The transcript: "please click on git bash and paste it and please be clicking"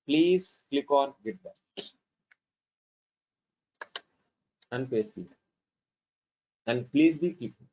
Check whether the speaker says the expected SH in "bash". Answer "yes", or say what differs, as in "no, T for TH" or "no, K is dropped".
no, SH is dropped